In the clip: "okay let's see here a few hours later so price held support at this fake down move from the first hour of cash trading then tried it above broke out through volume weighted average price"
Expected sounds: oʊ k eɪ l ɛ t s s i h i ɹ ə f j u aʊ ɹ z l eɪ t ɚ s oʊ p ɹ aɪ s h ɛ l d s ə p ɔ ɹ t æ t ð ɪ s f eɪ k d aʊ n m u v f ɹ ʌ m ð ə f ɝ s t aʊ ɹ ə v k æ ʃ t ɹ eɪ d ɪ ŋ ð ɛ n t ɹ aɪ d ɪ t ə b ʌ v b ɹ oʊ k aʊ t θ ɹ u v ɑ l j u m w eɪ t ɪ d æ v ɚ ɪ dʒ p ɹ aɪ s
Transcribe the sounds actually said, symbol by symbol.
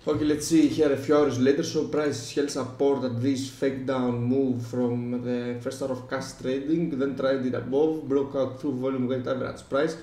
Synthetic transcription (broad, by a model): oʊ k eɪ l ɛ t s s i h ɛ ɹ ə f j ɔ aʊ ɹ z l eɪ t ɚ s oʊ p ɹ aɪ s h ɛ l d s ə p ɔ ɹ t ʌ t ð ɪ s f eɪ k d aʊ n m u v f ɹ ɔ m ð ə f ɝ s t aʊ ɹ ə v k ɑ s t ɹ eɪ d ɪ ŋ ð ɛ n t ɹ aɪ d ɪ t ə b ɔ v b ɹ oʊ k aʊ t θ ɹ u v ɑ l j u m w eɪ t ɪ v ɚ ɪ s p ɹ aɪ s